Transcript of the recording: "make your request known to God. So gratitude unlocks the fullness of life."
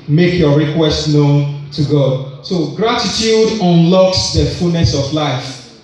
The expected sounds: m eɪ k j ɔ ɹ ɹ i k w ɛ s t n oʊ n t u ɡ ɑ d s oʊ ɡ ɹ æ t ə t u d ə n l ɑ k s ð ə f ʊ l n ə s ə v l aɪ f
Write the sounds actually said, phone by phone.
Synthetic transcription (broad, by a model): m eɪ k j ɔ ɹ ɹ i k w ɛ s t n oʊ n t u ɡ ɑ d s oʊ ɡ ɹ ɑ t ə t u d ə n l ɑ k s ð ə f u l n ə s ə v l aɪ f